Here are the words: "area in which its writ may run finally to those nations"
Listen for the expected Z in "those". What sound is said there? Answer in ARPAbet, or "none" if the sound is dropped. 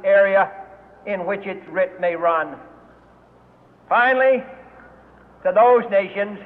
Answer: Z